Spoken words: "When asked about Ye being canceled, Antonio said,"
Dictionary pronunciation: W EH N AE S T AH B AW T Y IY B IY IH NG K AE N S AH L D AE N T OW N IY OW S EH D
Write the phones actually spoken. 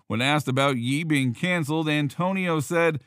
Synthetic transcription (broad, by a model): W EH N AE S T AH B AW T Y IY B IY IH NG K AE N S L D AE N T OW N IY OW S EH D